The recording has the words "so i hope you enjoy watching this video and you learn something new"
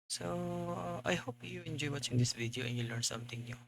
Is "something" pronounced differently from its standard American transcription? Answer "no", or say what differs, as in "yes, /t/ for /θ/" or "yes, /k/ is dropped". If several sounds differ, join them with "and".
yes, /t/ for /θ/